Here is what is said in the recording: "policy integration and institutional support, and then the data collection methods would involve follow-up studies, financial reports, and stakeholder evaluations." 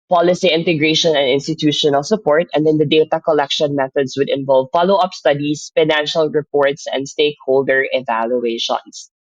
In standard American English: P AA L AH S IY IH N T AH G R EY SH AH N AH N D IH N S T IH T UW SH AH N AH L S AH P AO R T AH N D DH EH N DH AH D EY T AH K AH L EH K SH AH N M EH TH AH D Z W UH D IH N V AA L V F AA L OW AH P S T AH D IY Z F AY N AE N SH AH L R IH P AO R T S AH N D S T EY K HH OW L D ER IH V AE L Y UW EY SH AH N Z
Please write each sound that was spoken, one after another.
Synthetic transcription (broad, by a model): P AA L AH S IY IH N T AH G R EY SH AH N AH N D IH N S T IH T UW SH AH N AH L S AH P AO R T AH N D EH N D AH D EY T AH K AH L EH K SH AH N M EH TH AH D S W UH D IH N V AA L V F AA L OW AH P S T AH D IY S F AY N AE N SH AH L R IH P AO R T S AH N D S T EY K HH OW L D ER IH V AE L Y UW EY SH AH N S